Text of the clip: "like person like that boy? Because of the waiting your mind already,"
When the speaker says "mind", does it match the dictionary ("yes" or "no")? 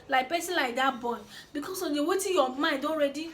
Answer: no